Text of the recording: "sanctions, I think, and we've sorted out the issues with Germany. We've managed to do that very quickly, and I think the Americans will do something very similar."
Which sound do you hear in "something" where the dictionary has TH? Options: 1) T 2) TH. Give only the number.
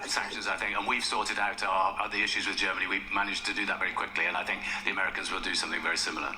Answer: 2